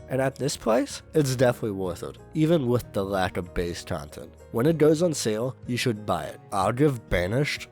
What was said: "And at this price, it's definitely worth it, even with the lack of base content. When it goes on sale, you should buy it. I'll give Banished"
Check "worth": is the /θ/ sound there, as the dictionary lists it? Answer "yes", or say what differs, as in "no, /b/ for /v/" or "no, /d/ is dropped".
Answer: yes